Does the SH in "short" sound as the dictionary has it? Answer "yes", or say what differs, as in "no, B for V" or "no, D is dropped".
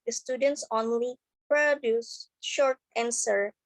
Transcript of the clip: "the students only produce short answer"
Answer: yes